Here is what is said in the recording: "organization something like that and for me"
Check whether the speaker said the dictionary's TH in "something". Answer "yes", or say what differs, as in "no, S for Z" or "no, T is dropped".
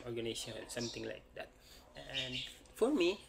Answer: no, T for TH